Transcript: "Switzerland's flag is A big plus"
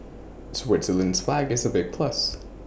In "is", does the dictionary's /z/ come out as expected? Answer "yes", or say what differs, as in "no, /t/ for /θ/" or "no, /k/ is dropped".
yes